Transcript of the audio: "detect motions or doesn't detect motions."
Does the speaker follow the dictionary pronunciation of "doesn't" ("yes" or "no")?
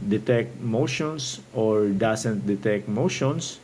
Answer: no